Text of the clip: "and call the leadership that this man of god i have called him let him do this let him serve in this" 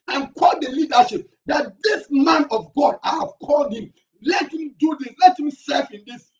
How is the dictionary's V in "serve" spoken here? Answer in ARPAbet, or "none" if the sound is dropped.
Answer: F